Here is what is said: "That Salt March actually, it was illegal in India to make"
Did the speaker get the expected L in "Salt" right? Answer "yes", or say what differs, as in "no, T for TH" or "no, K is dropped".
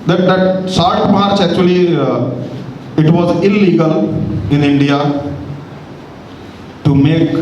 no, L is dropped